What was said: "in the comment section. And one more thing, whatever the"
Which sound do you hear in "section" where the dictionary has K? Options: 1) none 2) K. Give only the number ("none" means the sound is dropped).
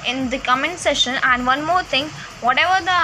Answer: 1